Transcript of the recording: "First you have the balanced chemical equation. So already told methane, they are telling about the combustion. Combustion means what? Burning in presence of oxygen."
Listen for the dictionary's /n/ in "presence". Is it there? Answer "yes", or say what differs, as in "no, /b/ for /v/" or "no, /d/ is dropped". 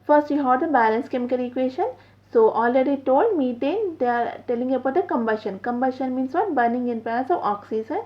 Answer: no, /n/ is dropped